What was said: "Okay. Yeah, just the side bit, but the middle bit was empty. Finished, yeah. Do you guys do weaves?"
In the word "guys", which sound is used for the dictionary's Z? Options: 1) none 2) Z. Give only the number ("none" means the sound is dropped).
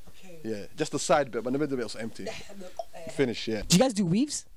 2